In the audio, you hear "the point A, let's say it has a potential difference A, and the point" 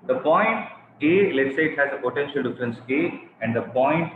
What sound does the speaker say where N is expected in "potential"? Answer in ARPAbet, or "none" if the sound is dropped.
N